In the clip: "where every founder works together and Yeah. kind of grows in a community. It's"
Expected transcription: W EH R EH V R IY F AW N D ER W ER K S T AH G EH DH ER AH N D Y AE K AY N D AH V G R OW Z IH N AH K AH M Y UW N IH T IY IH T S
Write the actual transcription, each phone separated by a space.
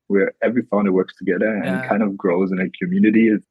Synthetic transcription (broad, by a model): W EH R EH V R IY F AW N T W ER K S T AH G EH DH ER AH N K AY N D AH V G R OW Z IH N AH K AH M Y UW N IH T IY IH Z